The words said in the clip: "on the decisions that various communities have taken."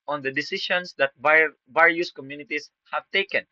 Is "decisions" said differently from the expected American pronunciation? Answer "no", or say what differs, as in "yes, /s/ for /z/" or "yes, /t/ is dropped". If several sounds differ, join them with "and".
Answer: yes, /ʃ/ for /ʒ/